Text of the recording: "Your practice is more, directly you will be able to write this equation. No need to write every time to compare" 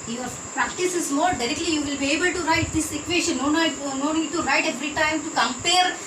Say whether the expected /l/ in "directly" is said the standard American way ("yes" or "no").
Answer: yes